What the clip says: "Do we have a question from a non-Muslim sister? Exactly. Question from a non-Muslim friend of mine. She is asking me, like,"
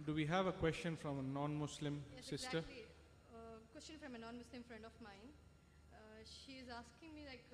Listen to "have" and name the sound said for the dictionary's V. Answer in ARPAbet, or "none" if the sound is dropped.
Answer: V